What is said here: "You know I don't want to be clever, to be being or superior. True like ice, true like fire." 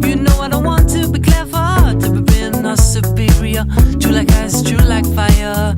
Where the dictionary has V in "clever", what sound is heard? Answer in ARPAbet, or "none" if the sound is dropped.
F